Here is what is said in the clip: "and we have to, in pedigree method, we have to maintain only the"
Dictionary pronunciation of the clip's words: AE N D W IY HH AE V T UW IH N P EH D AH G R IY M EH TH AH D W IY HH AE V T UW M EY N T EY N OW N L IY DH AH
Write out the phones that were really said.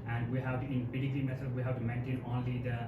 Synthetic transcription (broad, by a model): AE N D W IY HH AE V T UW IH N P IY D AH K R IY M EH S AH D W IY HH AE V T UW M EY N T EY N OW N L IY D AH